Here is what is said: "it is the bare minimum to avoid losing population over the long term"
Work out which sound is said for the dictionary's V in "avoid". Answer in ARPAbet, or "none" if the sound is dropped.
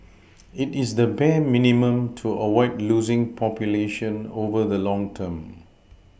W